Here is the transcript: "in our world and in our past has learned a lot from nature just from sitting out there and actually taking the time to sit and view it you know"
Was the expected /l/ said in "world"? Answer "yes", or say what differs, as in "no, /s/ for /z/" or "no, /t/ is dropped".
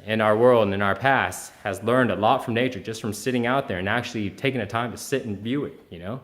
yes